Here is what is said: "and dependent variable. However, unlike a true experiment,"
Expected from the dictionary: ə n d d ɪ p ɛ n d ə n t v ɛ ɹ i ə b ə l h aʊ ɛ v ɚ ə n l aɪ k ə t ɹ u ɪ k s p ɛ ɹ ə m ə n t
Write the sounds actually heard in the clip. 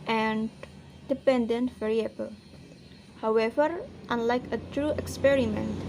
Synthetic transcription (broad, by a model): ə n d d ɪ p ɛ n d ə n t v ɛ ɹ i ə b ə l h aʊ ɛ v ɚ ə n l aɪ k ə t ɹ u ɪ k s p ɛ ɹ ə m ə n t